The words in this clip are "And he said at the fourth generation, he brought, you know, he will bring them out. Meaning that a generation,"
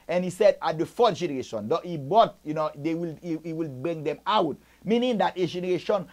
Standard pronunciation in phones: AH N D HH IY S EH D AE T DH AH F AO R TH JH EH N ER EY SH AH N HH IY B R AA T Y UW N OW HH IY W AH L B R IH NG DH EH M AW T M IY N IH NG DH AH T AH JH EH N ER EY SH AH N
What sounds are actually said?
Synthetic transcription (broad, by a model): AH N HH IY S EH D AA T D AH F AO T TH JH EH N ER EY SH AH N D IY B AA T Y UW N OW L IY W AH L B R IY NG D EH M AW T M IY N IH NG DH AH T AH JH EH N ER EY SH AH N